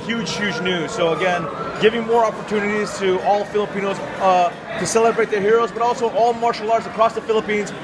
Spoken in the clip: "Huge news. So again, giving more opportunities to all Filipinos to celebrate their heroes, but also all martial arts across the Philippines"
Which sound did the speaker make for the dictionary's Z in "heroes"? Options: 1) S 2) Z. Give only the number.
2